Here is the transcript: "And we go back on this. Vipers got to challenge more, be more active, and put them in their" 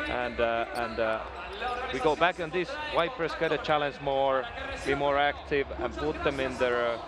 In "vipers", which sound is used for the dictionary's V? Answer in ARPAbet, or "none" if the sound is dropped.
W